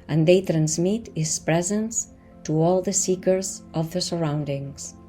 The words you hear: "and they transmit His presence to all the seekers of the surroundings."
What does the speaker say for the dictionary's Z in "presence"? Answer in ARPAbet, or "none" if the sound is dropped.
Z